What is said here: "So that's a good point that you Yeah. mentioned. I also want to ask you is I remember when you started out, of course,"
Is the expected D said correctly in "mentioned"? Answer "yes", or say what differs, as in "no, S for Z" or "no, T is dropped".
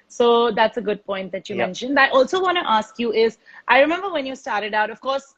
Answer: yes